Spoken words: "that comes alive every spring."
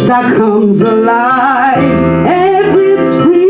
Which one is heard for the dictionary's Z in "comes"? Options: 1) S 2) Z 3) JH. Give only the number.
2